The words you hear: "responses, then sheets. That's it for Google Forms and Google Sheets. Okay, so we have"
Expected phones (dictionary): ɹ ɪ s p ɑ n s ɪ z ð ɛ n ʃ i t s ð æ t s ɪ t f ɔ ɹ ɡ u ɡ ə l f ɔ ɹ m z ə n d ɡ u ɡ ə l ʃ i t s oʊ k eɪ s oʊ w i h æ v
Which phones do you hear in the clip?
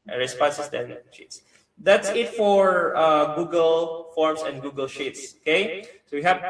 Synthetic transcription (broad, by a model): ɹ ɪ s p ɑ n s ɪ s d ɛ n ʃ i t s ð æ t s ɪ t f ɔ ɹ ɡ u ɡ ə l f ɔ ɹ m s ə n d ɡ u ɡ ə l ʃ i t s oʊ k eɪ s oʊ w i h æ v